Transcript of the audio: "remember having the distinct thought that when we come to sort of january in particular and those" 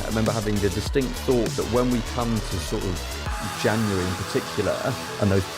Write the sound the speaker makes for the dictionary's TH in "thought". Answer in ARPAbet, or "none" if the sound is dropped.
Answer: TH